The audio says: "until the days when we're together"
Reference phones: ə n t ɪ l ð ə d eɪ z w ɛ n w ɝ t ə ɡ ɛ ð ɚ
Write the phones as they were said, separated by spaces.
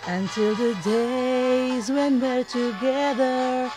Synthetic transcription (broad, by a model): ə n t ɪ l ð ə d eɪ z w ɛ n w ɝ t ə ɡ ɛ ð ɚ